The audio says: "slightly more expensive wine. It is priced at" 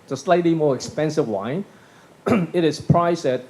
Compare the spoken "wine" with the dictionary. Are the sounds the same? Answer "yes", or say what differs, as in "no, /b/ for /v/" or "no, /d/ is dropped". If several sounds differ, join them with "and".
yes